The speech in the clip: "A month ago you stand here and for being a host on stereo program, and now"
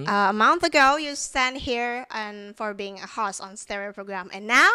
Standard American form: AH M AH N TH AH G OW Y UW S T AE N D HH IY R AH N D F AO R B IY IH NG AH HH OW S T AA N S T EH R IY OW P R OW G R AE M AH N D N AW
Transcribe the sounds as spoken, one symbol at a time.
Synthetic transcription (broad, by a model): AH M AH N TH AH G OW Y UW S T AE N D HH IY R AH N F AO R B IY IH NG AH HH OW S AA N S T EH R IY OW P R OW G R AE M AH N N AW